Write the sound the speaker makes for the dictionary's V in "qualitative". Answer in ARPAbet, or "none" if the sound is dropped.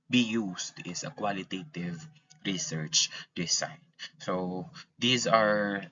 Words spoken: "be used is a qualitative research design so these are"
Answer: V